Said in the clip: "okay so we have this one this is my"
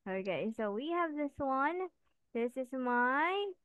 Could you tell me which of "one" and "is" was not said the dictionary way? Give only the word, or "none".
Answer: none